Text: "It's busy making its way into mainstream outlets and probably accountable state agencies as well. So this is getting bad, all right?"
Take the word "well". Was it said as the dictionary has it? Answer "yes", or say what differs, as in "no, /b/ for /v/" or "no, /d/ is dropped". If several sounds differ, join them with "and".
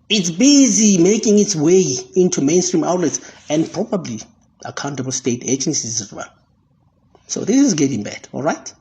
no, /n/ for /l/